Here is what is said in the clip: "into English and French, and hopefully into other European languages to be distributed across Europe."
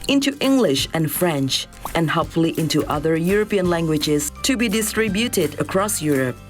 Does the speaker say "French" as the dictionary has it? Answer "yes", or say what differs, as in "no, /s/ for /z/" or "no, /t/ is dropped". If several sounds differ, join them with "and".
yes